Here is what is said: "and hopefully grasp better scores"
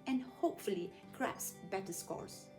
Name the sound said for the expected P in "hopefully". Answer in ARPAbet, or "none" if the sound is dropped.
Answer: P